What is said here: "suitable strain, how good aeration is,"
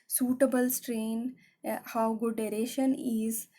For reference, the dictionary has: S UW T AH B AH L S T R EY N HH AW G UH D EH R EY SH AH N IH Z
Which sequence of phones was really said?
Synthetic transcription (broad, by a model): S UW T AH B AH L S T R EY N HH AW G UH D EH R EY SH AH N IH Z